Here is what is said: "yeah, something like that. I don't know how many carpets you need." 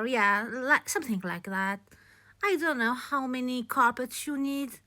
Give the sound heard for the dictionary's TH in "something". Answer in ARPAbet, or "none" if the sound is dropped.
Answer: TH